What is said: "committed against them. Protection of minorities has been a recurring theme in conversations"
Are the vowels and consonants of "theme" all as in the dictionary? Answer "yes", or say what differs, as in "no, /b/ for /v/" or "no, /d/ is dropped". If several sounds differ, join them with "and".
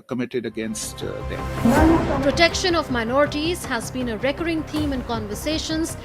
no, /t/ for /θ/